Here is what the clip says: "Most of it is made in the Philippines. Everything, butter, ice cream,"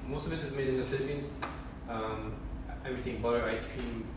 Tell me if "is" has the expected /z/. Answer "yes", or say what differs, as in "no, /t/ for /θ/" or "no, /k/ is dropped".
yes